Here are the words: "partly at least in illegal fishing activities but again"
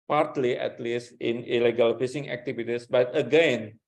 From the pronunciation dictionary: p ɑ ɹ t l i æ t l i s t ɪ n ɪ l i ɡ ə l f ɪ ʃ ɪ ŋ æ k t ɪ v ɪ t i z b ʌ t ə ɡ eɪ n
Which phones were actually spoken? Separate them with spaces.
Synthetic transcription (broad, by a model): p ɑ ɹ t l i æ t l i s t ɪ n ɪ l i ɡ ə l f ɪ s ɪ ŋ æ k t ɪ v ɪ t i s b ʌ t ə ɡ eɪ n